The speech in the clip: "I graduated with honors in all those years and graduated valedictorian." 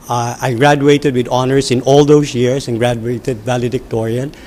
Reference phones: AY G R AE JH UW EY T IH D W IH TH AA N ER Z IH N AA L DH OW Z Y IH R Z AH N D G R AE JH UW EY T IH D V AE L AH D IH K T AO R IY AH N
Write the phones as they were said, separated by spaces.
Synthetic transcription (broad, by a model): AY G R AE JH UW EY T IH D W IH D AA N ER S IH N AA L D OW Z Y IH R S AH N G R AE JH UW EY T IH D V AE L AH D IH K T AO R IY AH N